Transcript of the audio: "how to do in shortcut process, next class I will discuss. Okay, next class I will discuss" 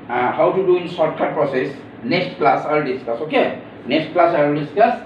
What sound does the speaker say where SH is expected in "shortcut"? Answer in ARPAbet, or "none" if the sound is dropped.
S